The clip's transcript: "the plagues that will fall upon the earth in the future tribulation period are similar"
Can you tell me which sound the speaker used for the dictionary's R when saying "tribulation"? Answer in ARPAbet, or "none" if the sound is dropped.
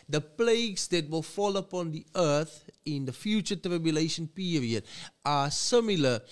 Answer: R